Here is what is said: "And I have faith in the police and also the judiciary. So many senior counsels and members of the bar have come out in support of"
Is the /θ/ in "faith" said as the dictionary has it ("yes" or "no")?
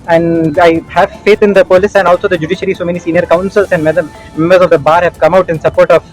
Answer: no